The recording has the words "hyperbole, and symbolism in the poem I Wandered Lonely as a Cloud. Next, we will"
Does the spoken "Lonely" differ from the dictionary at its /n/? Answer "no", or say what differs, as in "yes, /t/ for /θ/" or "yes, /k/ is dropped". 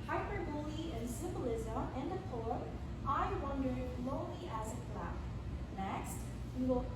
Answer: yes, /n/ is dropped